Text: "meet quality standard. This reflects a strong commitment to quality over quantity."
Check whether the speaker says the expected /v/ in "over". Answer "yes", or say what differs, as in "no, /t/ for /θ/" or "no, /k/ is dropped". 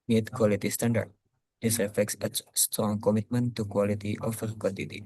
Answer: no, /f/ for /v/